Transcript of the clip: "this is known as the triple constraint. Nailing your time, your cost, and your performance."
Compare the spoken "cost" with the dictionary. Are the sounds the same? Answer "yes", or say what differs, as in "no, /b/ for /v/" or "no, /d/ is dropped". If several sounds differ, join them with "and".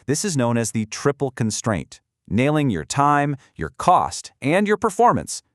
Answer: yes